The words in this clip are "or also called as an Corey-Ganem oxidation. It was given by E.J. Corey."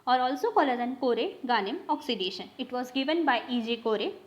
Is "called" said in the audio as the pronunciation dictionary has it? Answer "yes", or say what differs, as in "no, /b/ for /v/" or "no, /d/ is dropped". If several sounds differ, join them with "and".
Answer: no, /d/ is dropped